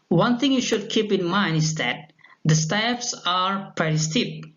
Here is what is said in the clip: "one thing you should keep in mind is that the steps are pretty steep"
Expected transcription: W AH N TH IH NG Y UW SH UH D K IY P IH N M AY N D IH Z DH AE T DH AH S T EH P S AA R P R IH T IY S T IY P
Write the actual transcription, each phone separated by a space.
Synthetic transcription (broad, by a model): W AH N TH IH NG Y UW SH UH D K IY P IH N M AY N D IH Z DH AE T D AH S T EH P S AA R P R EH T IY S T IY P